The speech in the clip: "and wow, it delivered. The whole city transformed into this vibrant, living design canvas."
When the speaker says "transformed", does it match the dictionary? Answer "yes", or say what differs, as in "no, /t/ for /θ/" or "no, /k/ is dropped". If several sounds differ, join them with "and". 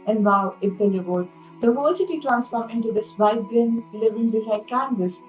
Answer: no, /d/ is dropped